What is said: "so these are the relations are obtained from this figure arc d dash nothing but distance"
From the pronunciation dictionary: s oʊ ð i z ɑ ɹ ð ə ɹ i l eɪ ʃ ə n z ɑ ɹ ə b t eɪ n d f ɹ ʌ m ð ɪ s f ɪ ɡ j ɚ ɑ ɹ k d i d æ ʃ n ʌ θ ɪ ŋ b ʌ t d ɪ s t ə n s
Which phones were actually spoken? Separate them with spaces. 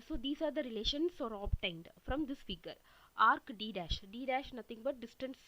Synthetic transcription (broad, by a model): s oʊ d i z ɑ ɹ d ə ɹ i l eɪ ʃ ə n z ɑ ɹ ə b t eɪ n d f ɹ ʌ m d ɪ s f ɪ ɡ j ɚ ɑ ɹ k d i d æ ʃ n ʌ t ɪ ŋ b ʌ t d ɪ s t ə n s